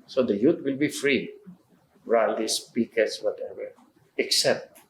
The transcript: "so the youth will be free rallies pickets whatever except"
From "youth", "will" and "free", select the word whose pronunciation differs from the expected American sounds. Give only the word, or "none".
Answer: youth